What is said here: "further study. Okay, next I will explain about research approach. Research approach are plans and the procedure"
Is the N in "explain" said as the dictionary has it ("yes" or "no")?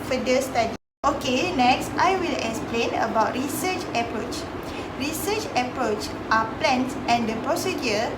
yes